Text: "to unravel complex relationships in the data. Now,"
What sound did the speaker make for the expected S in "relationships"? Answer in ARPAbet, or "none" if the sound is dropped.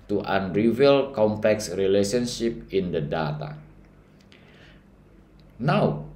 none